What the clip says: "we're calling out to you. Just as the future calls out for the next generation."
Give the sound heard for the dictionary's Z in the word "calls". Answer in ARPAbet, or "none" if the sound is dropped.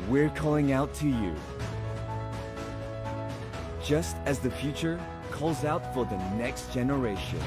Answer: Z